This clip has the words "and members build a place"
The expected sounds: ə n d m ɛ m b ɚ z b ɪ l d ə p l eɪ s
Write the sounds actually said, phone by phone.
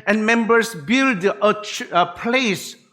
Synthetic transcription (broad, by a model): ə n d m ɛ m b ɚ s b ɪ l d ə p l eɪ s